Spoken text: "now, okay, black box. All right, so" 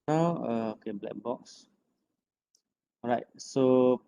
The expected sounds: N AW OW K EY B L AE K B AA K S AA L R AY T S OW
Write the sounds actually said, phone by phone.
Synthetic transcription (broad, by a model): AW OW K EY B L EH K B AA K S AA R AY T S OW